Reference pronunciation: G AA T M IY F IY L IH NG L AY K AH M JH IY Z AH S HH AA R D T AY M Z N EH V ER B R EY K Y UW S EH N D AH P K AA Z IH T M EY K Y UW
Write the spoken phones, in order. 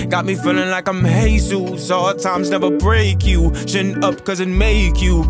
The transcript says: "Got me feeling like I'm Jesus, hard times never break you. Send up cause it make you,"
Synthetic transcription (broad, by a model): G AA T M IY F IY L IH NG L AY K AH M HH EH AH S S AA T AY M Z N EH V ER B R EY K Y UW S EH N AH P K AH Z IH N M EY K Y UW